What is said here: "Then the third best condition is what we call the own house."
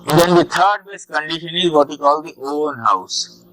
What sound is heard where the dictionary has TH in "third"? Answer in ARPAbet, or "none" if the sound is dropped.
T